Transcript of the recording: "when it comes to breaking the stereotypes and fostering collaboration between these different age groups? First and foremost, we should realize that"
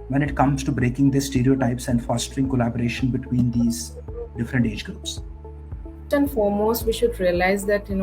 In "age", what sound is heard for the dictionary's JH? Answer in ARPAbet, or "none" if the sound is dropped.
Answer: JH